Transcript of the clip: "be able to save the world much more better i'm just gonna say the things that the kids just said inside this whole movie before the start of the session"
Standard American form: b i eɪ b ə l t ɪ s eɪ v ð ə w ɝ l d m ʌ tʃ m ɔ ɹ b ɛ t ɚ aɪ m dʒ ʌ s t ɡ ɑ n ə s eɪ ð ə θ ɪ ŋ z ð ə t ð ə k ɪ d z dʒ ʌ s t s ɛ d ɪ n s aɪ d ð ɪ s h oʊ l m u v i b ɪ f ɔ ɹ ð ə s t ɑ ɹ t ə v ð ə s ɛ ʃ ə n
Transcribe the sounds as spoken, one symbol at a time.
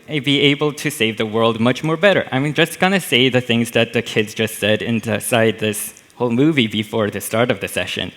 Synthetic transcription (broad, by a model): b i eɪ b l t ɪ s eɪ v ð ə w ɝ l d m ʌ tʃ m ɔ ɹ b ɛ t ɚ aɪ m dʒ ʌ s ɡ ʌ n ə s eɪ ð ə θ ɪ ŋ z ð ə t ð ə k ɪ d z dʒ ʌ s t s ɛ d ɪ n s aɪ d ð ɪ s h oʊ l m u v i b ɪ f ɔ ɹ ð ə s t ɑ ɹ t ə v ð ə s ɛ ʃ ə n